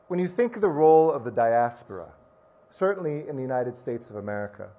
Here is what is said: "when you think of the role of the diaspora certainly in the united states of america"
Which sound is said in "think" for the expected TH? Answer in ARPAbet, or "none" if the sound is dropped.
TH